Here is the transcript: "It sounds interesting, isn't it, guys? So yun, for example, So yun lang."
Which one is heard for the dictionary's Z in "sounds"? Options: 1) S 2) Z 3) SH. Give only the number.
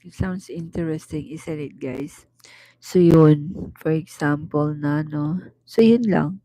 1